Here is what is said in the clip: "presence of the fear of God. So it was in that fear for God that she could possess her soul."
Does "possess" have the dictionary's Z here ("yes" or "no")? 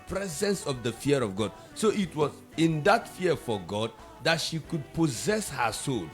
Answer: yes